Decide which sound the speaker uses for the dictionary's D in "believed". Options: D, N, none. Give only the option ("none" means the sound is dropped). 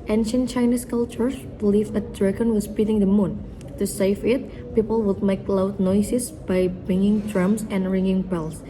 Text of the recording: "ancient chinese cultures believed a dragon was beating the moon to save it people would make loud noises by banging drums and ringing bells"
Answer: none